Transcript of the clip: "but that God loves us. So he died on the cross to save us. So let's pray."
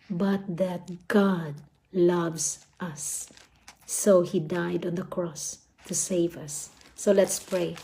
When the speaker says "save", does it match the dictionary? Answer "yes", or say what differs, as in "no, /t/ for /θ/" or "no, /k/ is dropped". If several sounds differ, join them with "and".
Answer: yes